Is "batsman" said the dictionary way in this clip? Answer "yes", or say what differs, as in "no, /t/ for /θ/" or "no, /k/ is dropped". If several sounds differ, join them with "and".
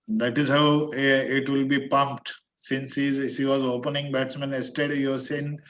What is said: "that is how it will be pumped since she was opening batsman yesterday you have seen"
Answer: yes